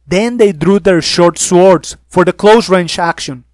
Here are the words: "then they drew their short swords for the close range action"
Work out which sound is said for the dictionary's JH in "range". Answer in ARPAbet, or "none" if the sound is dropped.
CH